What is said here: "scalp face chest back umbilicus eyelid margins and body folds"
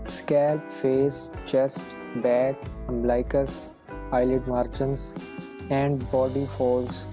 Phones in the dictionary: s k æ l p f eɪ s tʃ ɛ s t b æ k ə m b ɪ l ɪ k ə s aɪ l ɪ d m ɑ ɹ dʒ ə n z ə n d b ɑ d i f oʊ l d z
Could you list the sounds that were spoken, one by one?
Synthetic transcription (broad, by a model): s k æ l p f eɪ s tʃ ɛ s t b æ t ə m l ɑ ɪ k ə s aɪ l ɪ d m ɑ ɹ tʃ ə n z ə n d b ɑ d i f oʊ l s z